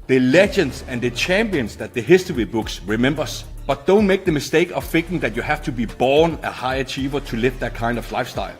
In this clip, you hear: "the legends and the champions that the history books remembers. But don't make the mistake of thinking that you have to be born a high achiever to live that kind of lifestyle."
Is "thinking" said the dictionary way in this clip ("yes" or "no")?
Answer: no